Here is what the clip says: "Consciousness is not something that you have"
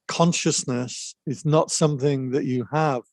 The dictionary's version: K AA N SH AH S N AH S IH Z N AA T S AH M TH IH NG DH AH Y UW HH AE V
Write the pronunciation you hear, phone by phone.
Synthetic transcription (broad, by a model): K AA N SH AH S N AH S IH Z N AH T S AH M TH IH NG DH AH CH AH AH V